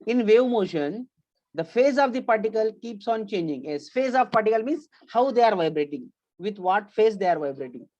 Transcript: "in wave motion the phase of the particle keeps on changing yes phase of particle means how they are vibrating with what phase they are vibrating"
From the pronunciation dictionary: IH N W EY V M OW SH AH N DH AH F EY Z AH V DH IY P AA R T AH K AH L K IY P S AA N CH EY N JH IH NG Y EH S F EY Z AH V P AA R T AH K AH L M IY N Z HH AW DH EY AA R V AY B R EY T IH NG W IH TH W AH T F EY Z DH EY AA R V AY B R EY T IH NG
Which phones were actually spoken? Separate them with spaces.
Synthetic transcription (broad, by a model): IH N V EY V M OW SH AH N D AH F EY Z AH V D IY P AA R T AH K AH L K IY P S AA N CH EY N JH IH NG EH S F EY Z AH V P AA R T AH K AH L M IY N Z HH AW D EY AA R V AY B R EY T IH NG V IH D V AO T F EY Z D EY AA R V AY B R EY T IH NG